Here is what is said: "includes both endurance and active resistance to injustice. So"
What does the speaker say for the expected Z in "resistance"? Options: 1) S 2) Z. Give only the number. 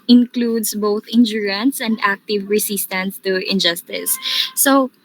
1